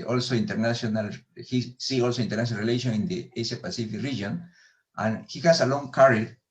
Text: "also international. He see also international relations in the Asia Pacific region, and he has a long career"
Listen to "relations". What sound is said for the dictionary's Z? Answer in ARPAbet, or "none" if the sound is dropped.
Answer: none